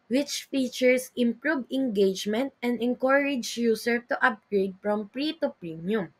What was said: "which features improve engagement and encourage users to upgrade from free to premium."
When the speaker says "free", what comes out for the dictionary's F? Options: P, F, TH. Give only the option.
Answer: P